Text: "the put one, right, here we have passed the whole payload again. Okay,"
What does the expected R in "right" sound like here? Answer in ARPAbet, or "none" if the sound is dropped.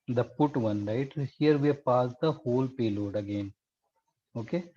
L